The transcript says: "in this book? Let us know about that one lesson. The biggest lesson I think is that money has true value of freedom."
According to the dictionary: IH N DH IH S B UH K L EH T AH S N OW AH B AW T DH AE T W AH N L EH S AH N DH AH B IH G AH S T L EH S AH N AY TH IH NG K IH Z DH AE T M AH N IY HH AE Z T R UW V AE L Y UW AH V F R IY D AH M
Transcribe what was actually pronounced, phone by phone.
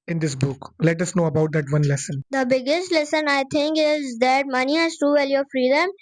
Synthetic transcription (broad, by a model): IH N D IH S B UH K L EH T AH S N OW AH B AW T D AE T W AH N L EH S AH N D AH B IH G AH S T L EH S AH N AY T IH NG K IH Z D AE T M AH N IY HH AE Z T UW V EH L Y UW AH F R IY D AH M